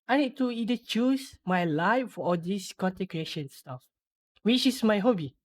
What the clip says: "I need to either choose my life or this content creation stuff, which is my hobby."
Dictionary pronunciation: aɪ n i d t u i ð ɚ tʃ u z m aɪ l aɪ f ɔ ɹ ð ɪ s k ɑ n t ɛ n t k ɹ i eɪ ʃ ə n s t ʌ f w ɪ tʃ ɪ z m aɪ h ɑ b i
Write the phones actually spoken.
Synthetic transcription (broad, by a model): aɪ n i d t u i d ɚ tʃ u s m aɪ l aɪ f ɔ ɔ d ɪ s k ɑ n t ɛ k ɹ i eɪ ʃ ə n s t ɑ f w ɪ tʃ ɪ s m aɪ h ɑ b i